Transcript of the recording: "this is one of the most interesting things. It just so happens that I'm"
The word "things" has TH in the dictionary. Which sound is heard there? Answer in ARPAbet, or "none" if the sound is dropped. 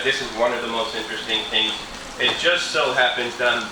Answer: TH